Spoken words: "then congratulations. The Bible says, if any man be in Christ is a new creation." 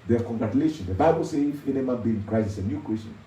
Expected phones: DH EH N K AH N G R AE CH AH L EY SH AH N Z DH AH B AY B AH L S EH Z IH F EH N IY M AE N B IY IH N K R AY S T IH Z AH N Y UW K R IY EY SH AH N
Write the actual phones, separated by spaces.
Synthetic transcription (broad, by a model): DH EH K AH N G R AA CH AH L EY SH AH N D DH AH B AY B AH L S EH IH F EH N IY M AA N B IY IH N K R AY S IH S AH N Y UW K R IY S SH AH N